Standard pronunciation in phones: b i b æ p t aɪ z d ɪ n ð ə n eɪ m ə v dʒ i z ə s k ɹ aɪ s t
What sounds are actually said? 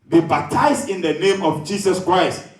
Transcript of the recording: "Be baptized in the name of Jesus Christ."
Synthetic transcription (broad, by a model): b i b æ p t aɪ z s ɪ n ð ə n eɪ m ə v dʒ i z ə s k ɹ aɪ s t